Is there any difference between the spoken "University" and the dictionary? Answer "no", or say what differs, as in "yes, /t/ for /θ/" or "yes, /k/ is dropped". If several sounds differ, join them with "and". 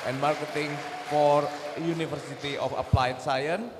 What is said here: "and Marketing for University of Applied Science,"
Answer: yes, /f/ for /v/